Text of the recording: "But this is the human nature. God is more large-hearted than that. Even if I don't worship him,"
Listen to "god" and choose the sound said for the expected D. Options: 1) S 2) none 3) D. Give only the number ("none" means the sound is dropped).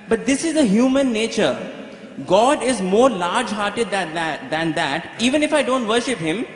3